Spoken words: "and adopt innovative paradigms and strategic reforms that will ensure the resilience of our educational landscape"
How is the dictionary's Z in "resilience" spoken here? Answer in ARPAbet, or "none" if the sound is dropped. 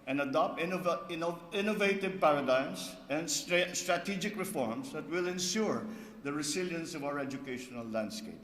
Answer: S